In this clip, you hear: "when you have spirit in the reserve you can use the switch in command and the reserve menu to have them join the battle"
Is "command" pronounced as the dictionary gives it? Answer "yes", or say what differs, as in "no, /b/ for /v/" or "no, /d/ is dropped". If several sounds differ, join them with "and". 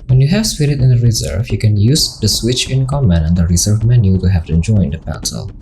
no, /d/ is dropped